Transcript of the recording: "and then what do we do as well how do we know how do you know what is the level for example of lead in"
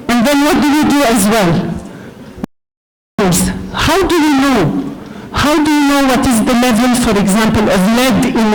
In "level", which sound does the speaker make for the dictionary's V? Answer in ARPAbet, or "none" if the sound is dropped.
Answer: V